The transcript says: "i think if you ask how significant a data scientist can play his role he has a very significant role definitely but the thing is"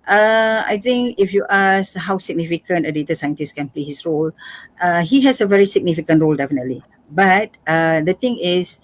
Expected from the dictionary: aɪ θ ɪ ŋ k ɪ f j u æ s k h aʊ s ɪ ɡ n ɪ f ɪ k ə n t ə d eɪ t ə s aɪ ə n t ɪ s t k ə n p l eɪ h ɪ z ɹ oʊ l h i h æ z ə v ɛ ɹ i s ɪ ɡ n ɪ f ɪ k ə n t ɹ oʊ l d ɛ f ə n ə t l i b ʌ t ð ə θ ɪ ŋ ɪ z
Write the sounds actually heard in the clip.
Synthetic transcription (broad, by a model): aɪ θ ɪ ŋ k ɪ f j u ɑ s h aʊ s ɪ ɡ n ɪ f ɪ k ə n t ə d eɪ t ə s aɪ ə n t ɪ s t k ə n p l eɪ h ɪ s ɹ oʊ l h i h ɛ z ə v ɛ ɹ i s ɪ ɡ n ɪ f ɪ k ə n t ɹ oʊ l d ɛ f ə n ə t l i b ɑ t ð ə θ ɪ ŋ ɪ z